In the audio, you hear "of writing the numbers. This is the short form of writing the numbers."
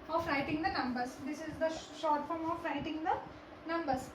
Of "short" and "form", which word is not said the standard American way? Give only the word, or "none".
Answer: none